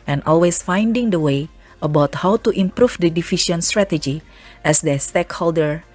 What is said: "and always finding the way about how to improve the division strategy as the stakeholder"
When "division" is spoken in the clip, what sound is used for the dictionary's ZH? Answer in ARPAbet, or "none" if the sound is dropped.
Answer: SH